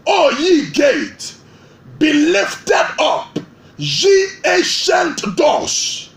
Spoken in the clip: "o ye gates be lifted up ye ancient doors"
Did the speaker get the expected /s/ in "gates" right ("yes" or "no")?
no